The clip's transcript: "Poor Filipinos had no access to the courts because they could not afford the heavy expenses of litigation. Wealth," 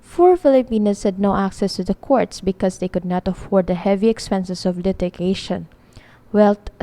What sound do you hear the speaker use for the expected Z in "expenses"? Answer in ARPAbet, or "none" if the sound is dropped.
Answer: S